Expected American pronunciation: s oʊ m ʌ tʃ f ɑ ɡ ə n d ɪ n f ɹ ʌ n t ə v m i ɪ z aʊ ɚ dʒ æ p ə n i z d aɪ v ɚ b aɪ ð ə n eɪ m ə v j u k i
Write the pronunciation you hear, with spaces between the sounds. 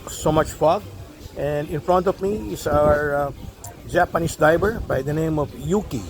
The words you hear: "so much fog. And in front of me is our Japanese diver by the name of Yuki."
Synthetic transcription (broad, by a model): s oʊ m ʌ tʃ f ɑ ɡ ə n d ɪ n f ɹ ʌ n t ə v m i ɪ s aʊ ɚ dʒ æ p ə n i s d aɪ b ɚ b aɪ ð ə n eɪ m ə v j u k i